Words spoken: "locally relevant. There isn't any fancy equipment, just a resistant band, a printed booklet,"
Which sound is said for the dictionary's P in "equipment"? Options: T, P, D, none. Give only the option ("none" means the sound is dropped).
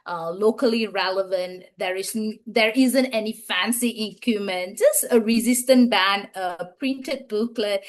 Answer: none